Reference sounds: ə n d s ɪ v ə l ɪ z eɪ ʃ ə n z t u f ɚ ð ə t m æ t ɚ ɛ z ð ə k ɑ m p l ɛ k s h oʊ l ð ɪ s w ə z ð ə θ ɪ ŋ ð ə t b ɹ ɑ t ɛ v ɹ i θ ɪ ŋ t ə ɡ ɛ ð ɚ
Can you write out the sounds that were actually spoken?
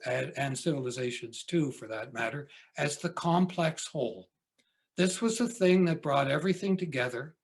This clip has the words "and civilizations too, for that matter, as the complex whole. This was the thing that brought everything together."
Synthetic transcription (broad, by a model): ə n s ɪ v l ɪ z eɪ ʃ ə n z t u f ɚ ð ə t m æ t ɚ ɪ z ð ə k ɑ m p l ɛ k s h oʊ l ð ɪ s w ə z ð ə θ ɪ ŋ ð ə t b ɹ ɑ t ɛ v ɹ i θ ɪ ŋ t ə ɡ ɛ ð ɚ